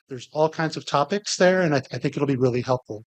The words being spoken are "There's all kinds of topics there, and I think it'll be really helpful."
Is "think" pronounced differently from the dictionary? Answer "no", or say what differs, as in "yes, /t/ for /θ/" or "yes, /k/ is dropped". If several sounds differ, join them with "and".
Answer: no